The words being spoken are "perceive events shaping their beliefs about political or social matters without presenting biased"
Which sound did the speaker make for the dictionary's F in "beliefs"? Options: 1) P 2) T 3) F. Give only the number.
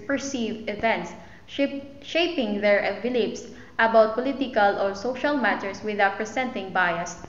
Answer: 1